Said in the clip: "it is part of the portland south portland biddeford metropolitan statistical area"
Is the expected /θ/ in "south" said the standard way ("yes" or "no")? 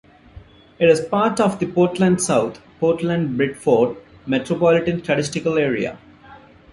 no